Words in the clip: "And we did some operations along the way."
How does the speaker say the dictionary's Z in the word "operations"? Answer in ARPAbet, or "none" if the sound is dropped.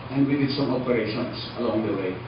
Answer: S